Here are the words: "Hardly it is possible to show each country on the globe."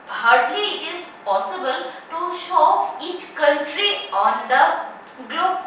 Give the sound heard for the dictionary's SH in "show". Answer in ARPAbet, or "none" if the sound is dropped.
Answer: SH